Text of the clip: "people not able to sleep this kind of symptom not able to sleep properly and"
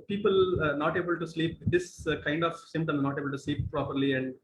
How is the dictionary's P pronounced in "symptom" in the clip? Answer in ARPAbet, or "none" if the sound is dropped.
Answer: none